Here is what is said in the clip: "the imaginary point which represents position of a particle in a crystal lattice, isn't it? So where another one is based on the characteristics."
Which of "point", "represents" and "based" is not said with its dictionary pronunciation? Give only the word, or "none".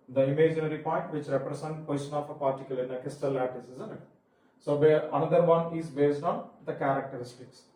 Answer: represents